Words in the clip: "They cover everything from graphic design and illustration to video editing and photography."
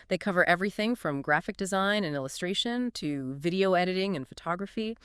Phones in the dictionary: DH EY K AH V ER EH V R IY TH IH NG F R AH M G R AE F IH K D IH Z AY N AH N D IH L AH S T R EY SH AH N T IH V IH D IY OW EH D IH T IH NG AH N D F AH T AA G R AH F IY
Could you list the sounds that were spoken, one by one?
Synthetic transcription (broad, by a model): DH EY K AH V ER EH V R IY TH IH NG F R AH M G R AE F IH K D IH Z AY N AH N IH L AH S T R EY SH AH N T IH V IH D IY OW EH D IH T IH NG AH N F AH T AA G R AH F IY